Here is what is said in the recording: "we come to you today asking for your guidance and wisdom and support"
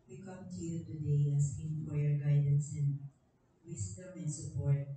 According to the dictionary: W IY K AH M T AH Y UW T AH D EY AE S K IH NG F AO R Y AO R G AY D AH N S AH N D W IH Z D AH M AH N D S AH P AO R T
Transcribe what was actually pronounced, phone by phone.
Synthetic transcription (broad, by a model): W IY K AH M T AH Y UW T AH D EY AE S IH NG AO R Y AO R G AY D AH N S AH N W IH S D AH M AH N D S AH P AO R T